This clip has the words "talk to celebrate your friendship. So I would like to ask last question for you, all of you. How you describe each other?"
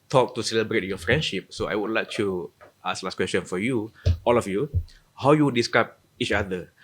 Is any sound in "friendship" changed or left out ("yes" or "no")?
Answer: no